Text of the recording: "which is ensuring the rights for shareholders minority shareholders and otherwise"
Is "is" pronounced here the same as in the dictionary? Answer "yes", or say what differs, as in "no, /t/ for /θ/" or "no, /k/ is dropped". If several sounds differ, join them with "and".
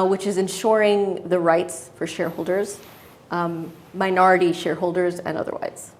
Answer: yes